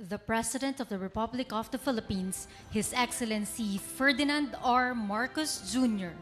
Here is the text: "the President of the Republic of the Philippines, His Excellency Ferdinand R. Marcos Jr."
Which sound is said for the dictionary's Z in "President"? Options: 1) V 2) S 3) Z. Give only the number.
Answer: 2